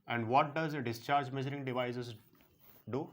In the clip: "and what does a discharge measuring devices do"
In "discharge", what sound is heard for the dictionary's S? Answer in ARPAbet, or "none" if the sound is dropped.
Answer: S